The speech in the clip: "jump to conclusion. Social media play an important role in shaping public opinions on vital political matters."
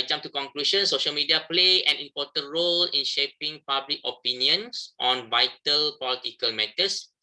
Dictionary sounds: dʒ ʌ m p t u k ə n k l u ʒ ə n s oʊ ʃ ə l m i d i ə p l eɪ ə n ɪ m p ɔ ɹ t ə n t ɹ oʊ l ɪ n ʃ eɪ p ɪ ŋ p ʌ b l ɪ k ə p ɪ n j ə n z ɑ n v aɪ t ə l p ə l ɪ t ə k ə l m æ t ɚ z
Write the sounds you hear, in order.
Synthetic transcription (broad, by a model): dʒ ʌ m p t u k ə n k l u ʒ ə n s oʊ ʃ ə l m i d i ə p l eɪ ə n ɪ m p ɔ t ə n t ɹ oʊ l ɪ n ʃ eɪ p ɪ ŋ p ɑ b l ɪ k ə p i n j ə n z ɑ n v aɪ t ə l p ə l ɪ t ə k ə l m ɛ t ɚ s